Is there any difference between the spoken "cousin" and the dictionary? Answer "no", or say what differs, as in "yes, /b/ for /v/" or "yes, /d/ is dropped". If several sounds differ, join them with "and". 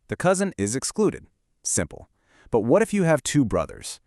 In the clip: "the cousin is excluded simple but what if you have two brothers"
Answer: no